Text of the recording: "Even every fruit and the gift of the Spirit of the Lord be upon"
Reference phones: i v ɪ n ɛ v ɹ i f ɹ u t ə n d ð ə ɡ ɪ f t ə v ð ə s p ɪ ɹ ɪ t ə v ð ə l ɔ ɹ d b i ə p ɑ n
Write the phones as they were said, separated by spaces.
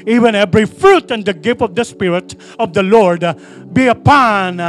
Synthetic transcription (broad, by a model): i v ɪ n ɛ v ɹ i f ɹ u t ə n d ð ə ɡ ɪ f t ə v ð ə s p ɪ ɹ ɪ t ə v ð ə l ɔ ɹ d b i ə p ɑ n